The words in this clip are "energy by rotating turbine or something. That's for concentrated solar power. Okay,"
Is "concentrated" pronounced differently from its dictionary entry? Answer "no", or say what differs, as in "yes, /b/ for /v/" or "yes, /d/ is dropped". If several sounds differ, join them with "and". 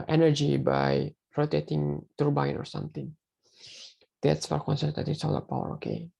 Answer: yes, /ɹ/ is dropped